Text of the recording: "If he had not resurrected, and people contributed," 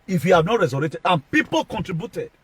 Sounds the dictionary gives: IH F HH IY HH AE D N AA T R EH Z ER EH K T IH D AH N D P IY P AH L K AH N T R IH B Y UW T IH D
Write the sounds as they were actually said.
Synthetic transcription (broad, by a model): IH F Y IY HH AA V N AA T R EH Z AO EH T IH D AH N P IY P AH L K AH N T R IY B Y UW T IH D